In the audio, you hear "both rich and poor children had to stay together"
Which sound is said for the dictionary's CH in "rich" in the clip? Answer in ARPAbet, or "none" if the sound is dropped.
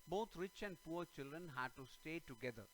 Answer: CH